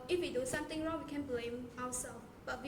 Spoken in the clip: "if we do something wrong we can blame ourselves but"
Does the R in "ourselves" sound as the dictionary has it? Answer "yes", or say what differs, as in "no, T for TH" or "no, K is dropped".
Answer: no, W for R